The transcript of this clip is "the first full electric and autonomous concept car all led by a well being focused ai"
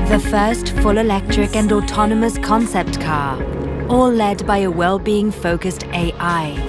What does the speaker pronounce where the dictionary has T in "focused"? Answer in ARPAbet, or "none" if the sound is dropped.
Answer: T